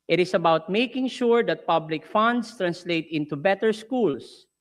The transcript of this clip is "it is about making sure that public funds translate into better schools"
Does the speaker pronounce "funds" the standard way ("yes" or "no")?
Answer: no